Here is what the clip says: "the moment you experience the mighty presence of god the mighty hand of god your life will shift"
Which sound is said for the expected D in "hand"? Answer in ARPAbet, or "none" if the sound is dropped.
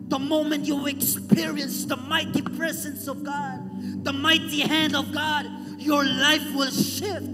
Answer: D